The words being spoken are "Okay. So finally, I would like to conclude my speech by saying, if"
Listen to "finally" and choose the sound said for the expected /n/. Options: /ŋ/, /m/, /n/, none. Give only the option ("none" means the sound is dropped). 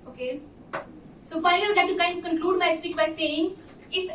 none